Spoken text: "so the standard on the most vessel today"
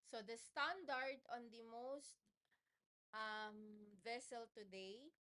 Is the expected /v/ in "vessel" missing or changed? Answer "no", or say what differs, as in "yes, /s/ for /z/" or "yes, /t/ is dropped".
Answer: no